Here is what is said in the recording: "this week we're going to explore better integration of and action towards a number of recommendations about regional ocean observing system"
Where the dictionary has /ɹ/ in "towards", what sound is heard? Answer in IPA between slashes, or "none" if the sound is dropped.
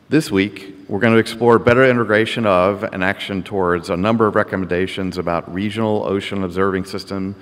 /ɹ/